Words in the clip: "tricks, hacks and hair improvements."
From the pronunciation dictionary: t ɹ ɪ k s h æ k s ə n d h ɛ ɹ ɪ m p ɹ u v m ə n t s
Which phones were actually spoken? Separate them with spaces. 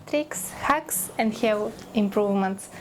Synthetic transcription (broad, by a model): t ɹ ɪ k s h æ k s ə n d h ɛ l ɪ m p ɹ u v m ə n t s